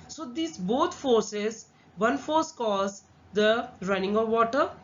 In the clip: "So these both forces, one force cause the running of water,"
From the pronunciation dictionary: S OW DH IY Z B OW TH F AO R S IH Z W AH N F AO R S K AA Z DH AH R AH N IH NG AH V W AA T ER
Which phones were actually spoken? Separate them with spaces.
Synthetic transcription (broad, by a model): S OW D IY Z B OW T F AO R S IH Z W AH N F AO R S K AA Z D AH R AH N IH NG AH V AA T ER